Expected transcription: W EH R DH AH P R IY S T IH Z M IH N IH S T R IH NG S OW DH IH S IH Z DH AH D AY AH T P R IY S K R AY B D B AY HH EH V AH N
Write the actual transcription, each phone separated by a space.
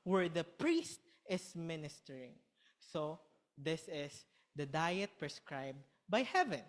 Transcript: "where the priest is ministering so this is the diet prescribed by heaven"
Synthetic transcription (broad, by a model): W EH R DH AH P R IY S T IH S M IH N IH S T R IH NG S OW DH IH S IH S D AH D AY AH T P R IY S K R AY B D B AY HH EH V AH N